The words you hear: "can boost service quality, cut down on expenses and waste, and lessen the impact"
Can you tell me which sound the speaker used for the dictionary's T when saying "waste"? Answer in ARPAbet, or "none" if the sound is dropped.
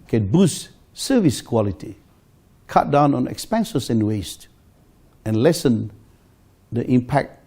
T